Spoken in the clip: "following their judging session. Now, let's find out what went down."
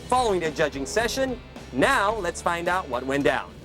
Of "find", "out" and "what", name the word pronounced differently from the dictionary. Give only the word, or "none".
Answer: none